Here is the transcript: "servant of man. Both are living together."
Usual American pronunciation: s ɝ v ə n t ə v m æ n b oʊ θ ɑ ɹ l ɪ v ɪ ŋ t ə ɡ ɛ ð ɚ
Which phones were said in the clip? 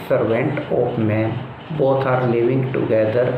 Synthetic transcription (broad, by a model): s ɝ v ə n t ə p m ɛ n b oʊ t ɑ ɹ l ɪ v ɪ ŋ t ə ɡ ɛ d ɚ